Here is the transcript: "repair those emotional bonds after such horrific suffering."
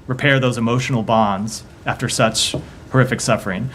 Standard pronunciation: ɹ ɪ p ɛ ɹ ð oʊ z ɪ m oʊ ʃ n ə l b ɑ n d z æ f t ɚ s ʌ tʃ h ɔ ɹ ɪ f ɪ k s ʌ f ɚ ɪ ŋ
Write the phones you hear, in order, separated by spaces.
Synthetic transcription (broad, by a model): ɹ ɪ p ɛ ɹ ð oʊ z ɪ m oʊ ʃ n l b ɑ n d z æ f t ɚ s ʌ tʃ h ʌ ɹ ɪ f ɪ k s ʌ f ɚ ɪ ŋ